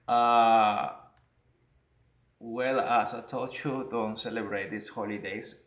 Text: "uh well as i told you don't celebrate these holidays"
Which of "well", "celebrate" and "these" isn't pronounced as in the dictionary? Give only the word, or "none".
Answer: these